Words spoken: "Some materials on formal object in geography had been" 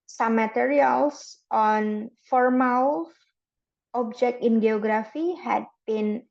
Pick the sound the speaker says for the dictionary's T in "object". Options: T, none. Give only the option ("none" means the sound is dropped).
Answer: T